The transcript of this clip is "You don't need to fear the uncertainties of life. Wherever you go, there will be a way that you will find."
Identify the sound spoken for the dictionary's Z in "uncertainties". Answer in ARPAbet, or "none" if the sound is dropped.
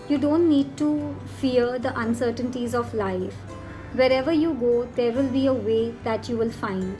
Z